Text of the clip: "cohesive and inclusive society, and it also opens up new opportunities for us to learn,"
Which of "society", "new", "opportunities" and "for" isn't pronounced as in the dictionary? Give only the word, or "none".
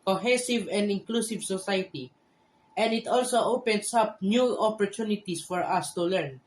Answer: opportunities